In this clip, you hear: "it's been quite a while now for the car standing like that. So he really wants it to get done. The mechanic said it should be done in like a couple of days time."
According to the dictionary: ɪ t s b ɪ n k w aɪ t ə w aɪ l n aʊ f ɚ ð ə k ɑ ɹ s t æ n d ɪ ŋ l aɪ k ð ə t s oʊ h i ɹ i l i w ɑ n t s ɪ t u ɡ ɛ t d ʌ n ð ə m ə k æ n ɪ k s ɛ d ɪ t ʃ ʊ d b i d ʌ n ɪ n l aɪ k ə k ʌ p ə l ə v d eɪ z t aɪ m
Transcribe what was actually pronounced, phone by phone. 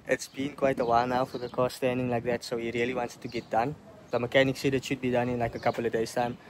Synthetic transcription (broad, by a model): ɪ t s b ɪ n k w aɪ t ə w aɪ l n aʊ f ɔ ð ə k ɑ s t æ n d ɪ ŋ l aɪ k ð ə t s oʊ h i ɹ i l i w ɑ n t s t u ɡ ɛ t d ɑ n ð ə m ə k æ n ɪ k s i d ɪ t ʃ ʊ d b i d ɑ n ɪ n l aɪ k ə k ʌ p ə l ə v d eɪ s t aɪ m